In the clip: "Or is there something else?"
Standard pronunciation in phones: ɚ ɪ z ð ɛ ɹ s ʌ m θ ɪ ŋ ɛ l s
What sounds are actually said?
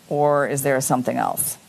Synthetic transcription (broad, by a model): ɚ ɪ z ð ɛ ɹ s ʌ m θ ɪ ŋ ɛ l s